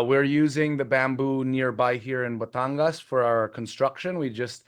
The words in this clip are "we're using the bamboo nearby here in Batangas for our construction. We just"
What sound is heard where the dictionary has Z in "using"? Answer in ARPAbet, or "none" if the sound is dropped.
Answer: Z